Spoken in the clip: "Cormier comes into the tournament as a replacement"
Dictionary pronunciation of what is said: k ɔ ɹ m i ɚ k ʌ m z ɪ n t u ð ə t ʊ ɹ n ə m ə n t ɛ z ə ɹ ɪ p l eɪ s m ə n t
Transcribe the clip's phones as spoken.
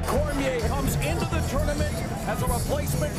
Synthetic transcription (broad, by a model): k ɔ ɹ m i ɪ k ʌ m z ɪ n t u ð ə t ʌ ɹ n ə m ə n ɪ z ə ɹ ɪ p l eɪ s m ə n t